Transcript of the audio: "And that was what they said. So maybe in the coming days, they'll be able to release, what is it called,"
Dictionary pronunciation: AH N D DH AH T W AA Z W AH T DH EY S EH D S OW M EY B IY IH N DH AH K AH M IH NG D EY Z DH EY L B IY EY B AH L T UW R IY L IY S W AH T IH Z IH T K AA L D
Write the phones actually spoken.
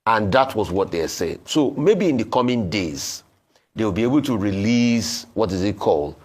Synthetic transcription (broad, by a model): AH N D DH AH T W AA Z W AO T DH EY S EH D S OW M EY B IY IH N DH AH K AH M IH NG D EY Z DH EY W B IY EY B AH L T UW R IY L IY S W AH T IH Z IH T K AA L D